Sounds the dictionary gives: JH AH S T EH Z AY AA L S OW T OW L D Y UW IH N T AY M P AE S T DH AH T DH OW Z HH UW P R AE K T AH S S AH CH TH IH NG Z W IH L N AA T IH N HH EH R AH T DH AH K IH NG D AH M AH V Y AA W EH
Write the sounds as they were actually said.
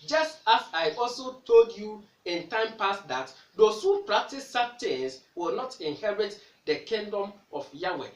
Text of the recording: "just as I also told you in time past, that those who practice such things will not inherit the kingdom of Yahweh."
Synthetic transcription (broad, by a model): JH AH S T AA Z AY AA L S OW T OW L D Y UW IH N T AY M P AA S T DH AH T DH OW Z HH UW P R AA K T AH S S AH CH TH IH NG S W IH L N AA T IH N HH EH R AH T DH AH K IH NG D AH M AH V Y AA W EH